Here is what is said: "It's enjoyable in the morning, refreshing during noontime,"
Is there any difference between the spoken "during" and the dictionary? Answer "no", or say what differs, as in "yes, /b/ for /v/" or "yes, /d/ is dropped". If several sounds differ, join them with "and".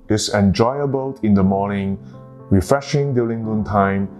yes, /l/ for /ɹ/